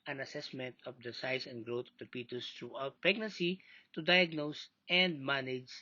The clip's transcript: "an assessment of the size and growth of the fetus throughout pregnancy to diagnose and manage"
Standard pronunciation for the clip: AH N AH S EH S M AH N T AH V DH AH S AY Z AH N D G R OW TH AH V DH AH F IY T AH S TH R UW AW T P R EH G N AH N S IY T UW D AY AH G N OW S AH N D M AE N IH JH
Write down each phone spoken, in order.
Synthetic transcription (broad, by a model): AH N AH S EH S M AH N T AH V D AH S AY S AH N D G R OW T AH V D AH P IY T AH S T R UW AW T P R EH G N AH N S IY T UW D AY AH G N OW S AH N D M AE N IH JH